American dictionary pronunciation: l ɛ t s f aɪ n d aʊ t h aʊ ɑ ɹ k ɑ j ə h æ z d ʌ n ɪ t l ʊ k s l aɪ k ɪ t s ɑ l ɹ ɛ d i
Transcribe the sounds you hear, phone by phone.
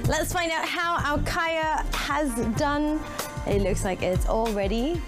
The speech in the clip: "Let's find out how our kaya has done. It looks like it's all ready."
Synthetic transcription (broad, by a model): l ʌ t s f aɪ n d aʊ t h aʊ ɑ l k ɑ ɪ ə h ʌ z d ʌ n ɪ t l ʊ k s l aɪ k ɪ t s ɑ l ɹ ɛ d i